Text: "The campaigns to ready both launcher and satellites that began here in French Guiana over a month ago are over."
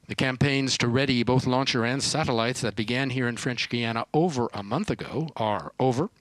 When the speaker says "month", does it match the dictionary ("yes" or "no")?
yes